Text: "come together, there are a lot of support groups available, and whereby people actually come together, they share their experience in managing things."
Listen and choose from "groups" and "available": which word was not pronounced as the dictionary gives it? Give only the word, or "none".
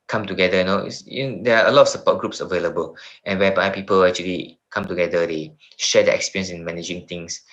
none